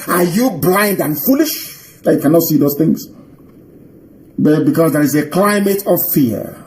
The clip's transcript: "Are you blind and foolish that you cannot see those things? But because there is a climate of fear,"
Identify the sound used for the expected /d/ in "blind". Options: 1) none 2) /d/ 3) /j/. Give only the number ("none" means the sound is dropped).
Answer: 2